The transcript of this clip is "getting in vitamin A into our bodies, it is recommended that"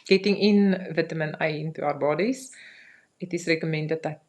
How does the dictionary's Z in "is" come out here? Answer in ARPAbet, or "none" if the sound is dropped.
S